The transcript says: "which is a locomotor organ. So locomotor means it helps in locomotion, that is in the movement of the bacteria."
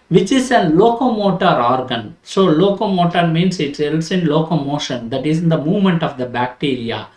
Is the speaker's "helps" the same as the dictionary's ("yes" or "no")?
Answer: no